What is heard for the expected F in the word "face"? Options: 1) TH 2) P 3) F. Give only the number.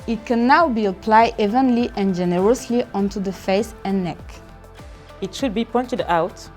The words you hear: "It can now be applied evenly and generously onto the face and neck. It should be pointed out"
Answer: 3